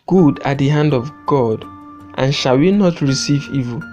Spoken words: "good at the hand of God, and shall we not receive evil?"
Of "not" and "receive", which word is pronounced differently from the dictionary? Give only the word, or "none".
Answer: none